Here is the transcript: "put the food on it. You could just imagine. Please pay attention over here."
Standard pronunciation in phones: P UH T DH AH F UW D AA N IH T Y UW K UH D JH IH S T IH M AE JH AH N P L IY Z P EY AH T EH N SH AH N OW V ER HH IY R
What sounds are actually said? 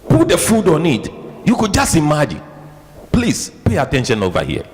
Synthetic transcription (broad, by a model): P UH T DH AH F UW D AA N IH T Y UW K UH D JH IH S T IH M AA JH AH N P L IY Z P EY AH T EH N SH AH N OW V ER HH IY